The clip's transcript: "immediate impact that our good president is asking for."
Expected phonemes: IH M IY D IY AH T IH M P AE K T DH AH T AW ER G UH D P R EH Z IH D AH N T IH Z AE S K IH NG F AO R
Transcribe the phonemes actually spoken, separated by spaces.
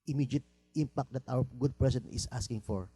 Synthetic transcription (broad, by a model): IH M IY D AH T IH M P AE K T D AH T AW ER G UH D P R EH S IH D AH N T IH S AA S K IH NG F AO R